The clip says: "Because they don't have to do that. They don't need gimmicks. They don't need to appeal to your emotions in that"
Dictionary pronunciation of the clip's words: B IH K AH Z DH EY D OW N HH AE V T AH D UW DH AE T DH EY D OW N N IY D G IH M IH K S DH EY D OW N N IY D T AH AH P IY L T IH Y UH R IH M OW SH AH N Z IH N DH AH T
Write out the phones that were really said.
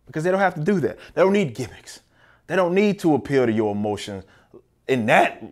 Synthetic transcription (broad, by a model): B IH K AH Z DH EY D OW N HH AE F T AH D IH DH AE T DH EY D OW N N IY D G IH M IH K S DH EY D OW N N IY D T AH AH P IY L T IH Y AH R IH M OW SH AH N Z IH N DH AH T